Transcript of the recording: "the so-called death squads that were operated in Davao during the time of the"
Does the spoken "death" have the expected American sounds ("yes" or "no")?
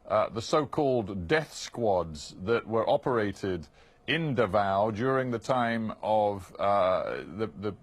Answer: yes